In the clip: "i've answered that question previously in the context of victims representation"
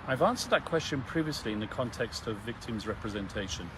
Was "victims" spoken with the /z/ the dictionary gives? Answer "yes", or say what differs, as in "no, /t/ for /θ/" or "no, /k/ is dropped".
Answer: yes